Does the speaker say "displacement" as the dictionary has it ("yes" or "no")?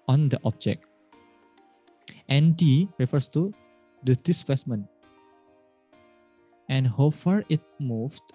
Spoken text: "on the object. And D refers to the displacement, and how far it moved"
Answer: no